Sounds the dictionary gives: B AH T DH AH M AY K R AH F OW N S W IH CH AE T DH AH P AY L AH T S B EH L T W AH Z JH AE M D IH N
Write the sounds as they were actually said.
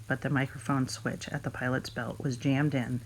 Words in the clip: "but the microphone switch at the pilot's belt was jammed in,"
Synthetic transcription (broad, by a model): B AH T DH AH M AY K R AH F OW N S W IH CH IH T DH AH P AY L AH T S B EH L T W AH Z JH AE M D IH N